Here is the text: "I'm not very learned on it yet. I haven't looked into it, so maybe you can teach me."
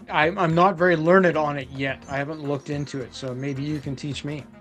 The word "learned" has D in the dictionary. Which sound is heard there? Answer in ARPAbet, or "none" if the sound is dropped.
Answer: D